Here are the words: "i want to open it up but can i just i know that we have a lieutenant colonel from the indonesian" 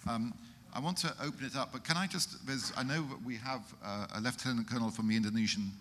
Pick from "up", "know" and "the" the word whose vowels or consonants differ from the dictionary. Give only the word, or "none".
none